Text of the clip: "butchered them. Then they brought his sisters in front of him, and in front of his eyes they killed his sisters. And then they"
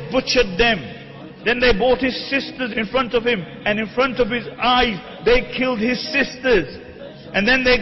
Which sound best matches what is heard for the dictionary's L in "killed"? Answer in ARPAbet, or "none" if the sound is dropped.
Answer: L